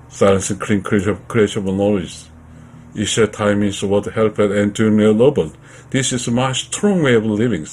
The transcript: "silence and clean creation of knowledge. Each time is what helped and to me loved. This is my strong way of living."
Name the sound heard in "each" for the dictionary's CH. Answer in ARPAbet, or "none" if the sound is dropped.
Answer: SH